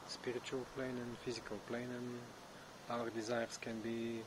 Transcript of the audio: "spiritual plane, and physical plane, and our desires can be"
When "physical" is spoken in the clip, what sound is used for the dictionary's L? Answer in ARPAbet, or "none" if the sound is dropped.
L